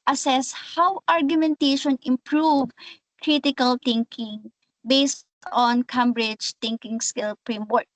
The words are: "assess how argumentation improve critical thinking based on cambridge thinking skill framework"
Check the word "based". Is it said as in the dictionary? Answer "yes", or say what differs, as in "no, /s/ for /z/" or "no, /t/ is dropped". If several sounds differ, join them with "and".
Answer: yes